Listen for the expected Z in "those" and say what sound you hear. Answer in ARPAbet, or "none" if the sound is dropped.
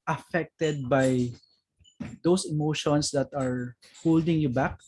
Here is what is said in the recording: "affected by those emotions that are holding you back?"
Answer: S